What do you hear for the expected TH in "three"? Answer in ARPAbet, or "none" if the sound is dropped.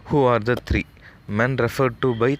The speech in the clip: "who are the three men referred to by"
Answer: T